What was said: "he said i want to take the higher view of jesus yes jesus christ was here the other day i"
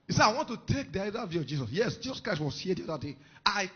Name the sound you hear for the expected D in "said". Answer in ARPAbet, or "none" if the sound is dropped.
none